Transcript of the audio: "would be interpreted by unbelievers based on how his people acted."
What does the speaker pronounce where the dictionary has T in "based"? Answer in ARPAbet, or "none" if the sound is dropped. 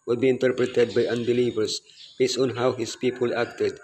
none